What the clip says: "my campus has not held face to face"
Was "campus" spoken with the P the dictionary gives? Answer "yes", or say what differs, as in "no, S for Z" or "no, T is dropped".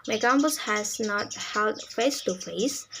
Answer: no, B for P